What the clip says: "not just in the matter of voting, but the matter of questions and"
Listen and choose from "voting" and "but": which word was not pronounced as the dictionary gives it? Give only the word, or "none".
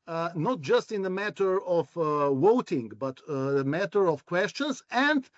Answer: voting